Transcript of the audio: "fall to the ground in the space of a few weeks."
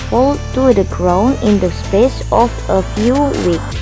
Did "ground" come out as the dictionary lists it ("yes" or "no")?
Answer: no